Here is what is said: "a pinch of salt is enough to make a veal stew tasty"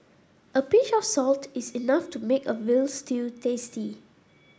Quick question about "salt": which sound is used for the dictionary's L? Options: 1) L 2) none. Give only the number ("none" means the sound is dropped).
1